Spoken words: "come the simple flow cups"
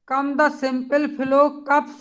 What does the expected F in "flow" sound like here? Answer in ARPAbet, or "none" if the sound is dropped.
P